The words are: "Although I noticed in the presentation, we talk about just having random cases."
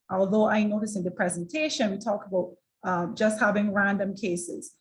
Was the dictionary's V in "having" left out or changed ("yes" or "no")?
no